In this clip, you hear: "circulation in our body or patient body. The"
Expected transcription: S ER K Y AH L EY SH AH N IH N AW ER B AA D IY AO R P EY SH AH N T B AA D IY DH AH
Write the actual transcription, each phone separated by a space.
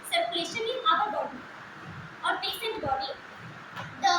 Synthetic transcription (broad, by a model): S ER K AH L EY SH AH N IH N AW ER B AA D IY AO R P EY S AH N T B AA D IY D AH